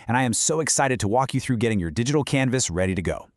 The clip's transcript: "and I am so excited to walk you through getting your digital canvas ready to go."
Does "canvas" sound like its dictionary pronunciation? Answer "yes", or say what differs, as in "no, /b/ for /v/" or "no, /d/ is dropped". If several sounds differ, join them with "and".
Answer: yes